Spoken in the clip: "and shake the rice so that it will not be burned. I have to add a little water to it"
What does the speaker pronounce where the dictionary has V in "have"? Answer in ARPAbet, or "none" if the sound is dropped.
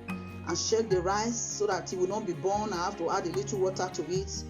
F